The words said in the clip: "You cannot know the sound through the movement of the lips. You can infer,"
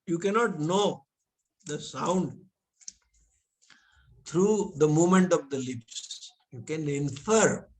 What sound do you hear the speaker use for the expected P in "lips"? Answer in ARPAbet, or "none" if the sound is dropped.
P